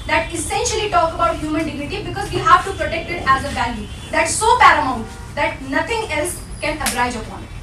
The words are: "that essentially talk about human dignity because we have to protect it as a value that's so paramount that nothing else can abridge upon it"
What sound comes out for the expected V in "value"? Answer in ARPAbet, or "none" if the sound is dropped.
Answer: B